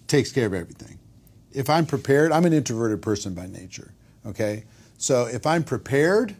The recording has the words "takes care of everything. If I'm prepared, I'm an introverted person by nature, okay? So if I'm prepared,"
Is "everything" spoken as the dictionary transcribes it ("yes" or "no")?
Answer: yes